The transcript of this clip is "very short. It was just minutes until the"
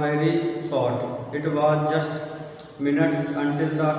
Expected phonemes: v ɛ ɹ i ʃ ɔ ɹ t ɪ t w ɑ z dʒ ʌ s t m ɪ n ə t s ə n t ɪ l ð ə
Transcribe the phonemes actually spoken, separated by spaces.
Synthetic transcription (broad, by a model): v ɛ ɹ i s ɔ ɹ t ɪ t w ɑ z dʒ ʌ s t m ɪ n ə t s ə n t ɪ l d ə